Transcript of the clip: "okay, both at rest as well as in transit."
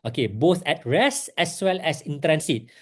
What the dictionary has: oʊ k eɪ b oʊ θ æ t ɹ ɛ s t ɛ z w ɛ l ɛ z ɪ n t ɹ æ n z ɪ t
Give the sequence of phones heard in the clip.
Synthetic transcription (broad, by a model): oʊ k eɪ b oʊ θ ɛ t ɹ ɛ s ɛ s w ɛ l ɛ s ɪ n t ɹ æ n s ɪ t